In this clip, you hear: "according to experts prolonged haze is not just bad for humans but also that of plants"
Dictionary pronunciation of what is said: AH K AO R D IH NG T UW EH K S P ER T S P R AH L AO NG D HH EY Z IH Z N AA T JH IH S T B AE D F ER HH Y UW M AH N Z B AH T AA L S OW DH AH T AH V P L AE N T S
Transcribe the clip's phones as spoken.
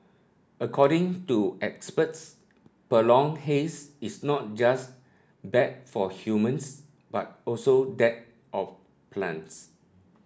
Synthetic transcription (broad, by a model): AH K AO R D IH NG T UW EH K S P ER T S P AH L AO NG HH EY S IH S N AA T JH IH S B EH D F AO HH Y UW M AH N S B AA T AA L S OW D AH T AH F P L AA N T S